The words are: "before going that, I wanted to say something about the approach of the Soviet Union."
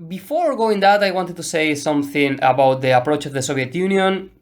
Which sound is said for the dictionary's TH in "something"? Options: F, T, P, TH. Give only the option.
TH